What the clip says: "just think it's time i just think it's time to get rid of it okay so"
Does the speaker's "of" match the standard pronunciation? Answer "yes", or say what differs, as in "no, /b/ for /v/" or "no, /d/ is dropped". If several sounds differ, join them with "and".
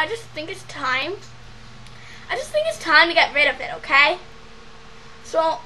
yes